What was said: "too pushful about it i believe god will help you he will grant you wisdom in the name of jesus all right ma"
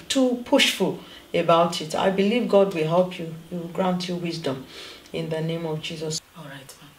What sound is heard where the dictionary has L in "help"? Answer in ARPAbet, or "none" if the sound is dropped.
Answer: L